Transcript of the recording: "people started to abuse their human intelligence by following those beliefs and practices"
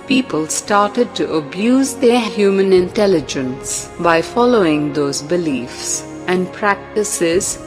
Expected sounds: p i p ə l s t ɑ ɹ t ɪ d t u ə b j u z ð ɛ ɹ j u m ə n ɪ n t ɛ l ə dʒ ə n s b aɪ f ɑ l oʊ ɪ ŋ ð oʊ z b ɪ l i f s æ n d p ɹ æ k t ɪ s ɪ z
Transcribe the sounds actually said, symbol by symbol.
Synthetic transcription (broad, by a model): p i p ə l s t ɑ ɹ t ɪ d t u ə b j u z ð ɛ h j u m ə n ɪ n t ɛ l ə dʒ ə n s b aɪ f ɑ l oʊ ɪ ŋ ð oʊ z b ɪ l i f s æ n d p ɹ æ k t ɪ s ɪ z